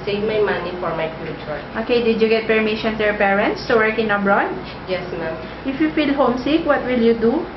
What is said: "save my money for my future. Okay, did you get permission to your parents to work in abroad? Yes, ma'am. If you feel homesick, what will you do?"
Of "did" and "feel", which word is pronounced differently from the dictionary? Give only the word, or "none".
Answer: none